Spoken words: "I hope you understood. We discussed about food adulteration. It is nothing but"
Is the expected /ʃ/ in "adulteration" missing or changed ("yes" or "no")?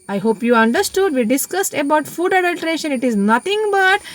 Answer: no